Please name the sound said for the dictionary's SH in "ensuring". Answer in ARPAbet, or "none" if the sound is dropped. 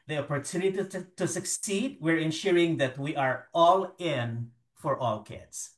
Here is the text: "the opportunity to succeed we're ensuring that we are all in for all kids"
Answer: SH